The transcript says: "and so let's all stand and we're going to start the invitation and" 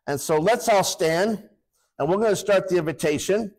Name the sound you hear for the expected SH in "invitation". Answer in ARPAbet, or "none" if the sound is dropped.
none